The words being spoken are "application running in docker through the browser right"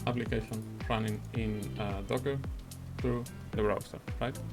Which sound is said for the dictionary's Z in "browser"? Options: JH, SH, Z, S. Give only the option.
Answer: S